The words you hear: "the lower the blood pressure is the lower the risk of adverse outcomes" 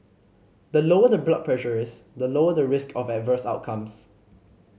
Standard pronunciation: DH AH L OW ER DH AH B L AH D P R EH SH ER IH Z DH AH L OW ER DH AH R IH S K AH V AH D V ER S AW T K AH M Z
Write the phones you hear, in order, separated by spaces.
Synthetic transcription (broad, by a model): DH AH L OW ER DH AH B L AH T P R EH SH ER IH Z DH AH L OW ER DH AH R IH S K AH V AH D V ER S AW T K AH M S